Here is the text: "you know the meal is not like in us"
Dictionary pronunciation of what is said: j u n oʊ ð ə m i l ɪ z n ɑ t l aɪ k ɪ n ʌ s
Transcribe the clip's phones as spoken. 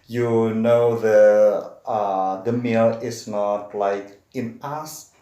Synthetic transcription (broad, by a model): j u n oʊ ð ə m i l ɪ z n ɑ t l aɪ k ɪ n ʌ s